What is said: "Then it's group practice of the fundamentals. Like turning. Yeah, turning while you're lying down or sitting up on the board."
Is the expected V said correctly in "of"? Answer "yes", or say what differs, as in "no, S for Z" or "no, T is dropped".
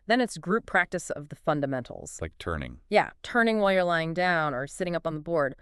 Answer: yes